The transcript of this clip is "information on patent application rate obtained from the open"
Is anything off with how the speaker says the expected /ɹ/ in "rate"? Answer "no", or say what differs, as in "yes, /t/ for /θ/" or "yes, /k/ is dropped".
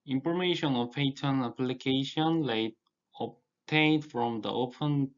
yes, /l/ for /ɹ/